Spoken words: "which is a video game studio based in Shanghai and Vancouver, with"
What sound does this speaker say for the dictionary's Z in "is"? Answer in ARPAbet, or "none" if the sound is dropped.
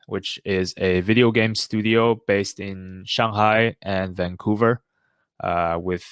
Z